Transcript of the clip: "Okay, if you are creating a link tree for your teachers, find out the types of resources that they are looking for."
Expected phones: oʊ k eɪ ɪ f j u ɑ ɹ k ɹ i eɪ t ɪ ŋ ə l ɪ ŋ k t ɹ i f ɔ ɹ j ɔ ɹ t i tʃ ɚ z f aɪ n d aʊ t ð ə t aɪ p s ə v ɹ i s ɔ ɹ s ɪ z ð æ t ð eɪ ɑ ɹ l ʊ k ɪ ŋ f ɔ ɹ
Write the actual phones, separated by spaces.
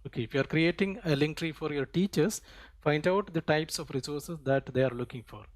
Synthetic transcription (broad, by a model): oʊ k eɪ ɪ f j u ɑ ɹ k ɹ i eɪ t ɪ ŋ ə l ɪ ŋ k t ɹ i f ɔ ɹ j ɔ ɹ t i tʃ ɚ s f aɪ n d aʊ t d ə t aɪ p s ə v ɹ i s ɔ ɹ s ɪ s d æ t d eɪ ɑ ɹ l ʊ k ɪ ŋ f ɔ ɹ